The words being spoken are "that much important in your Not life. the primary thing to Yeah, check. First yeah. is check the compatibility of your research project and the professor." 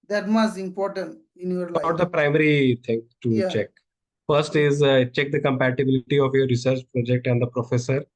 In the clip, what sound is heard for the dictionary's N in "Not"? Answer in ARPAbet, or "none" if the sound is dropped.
L